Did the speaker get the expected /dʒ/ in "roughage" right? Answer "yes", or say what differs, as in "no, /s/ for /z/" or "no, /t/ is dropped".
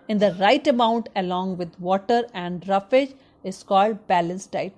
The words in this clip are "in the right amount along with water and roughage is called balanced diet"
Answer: yes